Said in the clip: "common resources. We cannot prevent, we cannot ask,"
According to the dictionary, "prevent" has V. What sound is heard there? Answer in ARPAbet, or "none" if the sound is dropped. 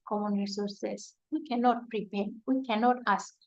P